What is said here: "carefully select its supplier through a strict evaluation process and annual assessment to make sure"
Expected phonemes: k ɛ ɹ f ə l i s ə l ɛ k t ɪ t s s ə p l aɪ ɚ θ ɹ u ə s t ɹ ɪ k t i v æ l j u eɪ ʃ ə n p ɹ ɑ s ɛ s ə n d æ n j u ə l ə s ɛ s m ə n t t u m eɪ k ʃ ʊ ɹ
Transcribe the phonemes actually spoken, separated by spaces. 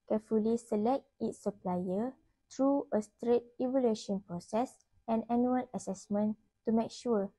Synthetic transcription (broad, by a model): k ɛ f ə l i s ə l ɛ k t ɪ t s s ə p l aɪ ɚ t ɹ u ə s t ɹ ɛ t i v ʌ l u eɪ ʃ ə n p ɹ ɑ s ɛ s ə n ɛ n j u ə l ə s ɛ s m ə n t t u m eɪ k ʃ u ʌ